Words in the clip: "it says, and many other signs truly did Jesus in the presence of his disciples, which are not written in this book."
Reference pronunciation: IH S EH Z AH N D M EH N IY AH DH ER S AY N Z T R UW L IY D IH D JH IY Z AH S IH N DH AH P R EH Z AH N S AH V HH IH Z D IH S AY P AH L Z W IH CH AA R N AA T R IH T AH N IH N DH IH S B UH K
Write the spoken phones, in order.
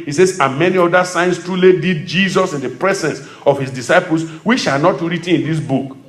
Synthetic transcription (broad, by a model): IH S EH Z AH M EH N IY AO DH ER S AY N S T R UW L IY D IH D JH IY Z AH S IH N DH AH P R EH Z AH N S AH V HH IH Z D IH S AY P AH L S W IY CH AA L N AA T R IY T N IH N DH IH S B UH K